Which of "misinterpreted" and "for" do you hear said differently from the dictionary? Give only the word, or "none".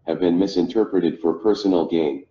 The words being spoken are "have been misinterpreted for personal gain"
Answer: none